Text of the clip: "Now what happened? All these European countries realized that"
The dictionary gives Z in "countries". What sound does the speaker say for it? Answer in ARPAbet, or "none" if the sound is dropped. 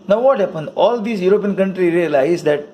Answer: none